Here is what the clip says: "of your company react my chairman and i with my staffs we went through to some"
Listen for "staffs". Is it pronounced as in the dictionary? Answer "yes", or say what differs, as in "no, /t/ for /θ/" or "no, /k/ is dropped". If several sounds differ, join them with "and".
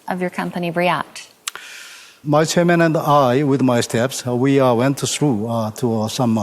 no, /p/ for /f/